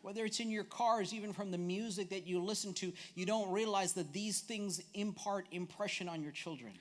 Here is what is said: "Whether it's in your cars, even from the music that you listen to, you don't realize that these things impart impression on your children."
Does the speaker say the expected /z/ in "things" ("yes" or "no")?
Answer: yes